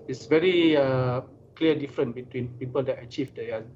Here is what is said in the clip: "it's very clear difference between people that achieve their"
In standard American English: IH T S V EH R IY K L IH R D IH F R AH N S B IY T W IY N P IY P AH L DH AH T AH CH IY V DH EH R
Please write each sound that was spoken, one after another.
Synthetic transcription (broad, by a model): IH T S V EH R IY K L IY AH D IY F R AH N B IY T W IY N P IY P AH L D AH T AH CH IY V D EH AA